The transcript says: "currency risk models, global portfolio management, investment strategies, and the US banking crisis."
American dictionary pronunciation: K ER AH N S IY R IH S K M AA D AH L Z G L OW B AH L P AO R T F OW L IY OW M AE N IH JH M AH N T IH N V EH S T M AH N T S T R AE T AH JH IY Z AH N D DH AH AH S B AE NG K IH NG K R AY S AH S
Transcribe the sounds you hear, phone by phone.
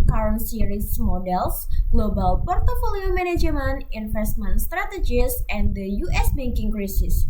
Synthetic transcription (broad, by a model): K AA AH N S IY R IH S M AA D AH L S G L OW B AH L P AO R T F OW L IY OW M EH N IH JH M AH N IH N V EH S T M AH N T S T R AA T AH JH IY S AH N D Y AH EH S B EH NG K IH NG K R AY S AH S